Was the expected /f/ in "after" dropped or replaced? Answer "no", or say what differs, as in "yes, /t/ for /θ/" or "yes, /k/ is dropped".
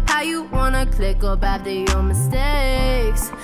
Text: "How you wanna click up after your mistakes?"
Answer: yes, /f/ is dropped